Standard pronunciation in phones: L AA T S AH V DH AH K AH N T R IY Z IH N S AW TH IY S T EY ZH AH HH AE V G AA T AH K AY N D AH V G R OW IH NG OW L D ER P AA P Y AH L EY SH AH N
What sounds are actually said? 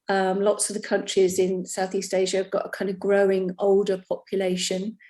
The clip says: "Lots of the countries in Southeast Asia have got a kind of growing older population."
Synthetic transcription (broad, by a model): L AA T S AH V DH AH K AH N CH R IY Z IH N S AW TH IY S T EY ZH AH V G AA T AH K AY N D AH V G R OW IH NG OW L D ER P AA P Y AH L EY SH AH N